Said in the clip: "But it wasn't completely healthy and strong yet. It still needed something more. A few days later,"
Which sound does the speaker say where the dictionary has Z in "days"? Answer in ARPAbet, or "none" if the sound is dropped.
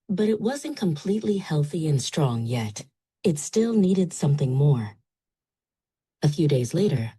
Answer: Z